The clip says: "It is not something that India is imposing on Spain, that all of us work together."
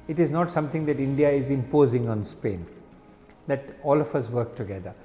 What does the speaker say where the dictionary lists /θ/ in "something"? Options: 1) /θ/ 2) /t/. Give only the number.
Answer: 2